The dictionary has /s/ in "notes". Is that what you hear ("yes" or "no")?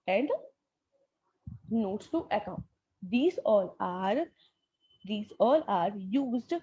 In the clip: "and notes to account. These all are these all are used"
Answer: no